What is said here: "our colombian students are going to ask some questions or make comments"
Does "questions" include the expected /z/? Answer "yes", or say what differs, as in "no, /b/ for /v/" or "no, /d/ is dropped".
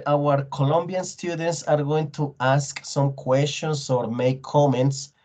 no, /s/ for /z/